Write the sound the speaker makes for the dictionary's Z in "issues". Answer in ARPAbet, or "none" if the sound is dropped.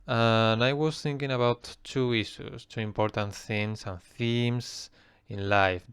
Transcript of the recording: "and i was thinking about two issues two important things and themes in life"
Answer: S